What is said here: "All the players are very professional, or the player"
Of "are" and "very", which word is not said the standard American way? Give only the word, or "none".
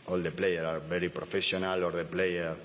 very